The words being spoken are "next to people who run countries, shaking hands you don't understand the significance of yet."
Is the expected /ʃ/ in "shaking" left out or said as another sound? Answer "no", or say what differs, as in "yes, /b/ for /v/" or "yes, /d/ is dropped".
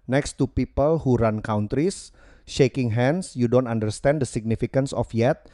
no